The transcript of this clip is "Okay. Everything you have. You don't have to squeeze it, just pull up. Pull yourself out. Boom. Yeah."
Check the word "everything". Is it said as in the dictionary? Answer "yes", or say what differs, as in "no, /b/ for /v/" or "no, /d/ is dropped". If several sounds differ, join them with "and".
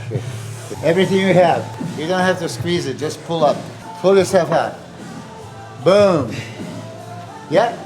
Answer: yes